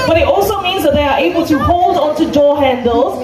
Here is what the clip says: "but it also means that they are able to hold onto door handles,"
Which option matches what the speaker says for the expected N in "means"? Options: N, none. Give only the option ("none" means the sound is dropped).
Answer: N